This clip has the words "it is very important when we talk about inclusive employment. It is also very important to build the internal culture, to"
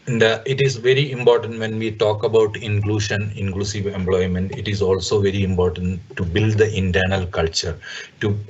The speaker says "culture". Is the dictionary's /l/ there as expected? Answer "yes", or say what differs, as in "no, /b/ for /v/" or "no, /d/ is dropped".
yes